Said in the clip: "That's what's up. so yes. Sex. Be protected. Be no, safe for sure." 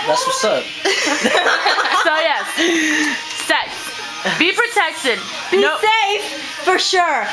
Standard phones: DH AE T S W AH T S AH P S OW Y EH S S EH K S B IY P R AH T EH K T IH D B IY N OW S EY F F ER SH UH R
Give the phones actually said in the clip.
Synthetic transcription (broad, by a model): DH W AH S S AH S OW Y EH S S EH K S B IY P R AH T EH K T IH D B IY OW S EY F F ER SH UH R